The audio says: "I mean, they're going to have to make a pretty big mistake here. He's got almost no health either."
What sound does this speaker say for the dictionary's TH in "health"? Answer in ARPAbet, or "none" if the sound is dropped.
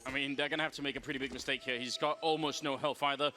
F